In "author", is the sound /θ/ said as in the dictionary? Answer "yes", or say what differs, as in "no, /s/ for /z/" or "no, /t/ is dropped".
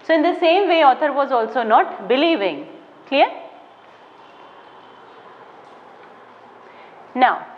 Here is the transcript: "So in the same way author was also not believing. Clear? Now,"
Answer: no, /t/ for /θ/